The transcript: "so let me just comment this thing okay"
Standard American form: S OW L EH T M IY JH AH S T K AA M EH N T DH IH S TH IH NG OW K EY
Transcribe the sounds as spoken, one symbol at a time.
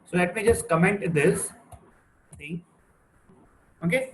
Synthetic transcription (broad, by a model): S OW L EH T M IY JH AH S T K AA M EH N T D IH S S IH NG OW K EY